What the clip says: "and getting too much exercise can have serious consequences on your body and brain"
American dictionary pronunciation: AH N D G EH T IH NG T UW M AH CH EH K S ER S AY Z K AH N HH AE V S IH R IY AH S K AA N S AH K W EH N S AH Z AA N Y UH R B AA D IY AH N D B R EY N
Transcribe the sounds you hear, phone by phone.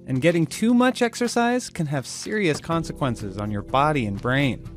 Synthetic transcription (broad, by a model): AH N G EH T IH NG T UW M AH CH EH K S ER S AY Z K AH N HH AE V S IH R IY AH S K AA N S AH K W EH N S AH Z N Y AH R B AA D IY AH N B R EY N